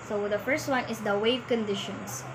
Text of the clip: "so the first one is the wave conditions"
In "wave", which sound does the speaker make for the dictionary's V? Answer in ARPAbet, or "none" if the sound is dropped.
V